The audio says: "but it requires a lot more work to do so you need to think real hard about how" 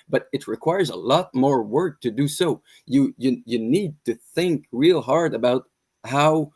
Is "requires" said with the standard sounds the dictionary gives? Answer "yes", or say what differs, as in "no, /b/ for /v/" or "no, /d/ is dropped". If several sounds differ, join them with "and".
yes